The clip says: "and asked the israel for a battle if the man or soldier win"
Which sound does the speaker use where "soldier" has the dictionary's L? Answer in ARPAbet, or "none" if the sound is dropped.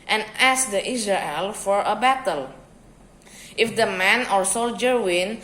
L